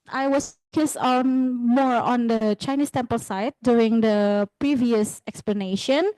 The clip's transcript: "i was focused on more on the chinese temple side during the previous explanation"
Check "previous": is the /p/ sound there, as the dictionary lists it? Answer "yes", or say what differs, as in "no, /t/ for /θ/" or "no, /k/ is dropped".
yes